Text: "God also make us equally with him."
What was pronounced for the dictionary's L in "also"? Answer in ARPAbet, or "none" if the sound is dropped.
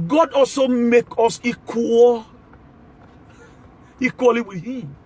L